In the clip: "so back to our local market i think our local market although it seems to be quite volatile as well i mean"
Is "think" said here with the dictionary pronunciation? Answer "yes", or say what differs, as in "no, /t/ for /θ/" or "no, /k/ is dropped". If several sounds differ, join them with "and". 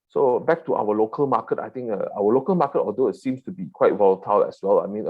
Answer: no, /t/ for /θ/